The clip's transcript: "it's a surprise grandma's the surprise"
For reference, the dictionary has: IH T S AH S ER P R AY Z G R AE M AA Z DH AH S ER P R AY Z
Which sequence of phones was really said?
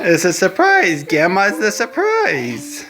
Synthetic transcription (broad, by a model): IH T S AH S ER P R AY Z G AE M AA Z DH AH S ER P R AY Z